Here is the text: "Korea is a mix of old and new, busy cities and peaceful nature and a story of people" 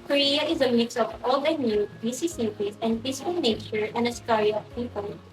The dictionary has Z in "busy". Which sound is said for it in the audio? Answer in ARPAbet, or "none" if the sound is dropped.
S